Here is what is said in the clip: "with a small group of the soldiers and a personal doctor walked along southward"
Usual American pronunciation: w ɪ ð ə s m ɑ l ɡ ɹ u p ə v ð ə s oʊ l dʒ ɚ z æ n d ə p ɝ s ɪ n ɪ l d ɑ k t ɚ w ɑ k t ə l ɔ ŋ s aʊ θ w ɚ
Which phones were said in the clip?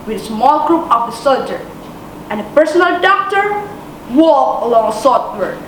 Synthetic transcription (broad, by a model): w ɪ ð ə s m ɑ l ɡ ɹ u p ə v ð ə s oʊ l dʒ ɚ æ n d ə p ɝ s ɪ n ɪ l d ɑ k t ɚ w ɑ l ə l ɔ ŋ s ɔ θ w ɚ